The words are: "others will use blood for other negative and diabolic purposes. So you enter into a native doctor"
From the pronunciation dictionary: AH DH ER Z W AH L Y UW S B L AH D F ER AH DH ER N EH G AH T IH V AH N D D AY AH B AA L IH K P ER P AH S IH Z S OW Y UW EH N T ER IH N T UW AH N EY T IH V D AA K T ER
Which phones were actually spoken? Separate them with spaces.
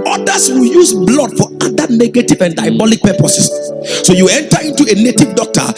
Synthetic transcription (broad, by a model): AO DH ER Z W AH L Y UW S B L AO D F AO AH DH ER N EH G AH T IH V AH N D D AY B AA L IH K P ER P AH S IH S S OW Y UW EH N T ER IH N T UW AH N EY T IH V D AA K T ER